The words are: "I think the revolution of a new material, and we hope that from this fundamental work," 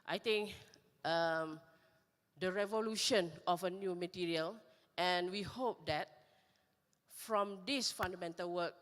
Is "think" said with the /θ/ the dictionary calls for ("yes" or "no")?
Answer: no